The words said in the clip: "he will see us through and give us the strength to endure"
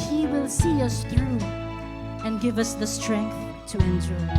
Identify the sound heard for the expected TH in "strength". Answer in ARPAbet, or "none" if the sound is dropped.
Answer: TH